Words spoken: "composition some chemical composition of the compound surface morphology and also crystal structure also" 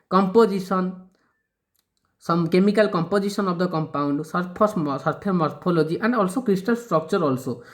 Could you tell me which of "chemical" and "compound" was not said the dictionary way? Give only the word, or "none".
none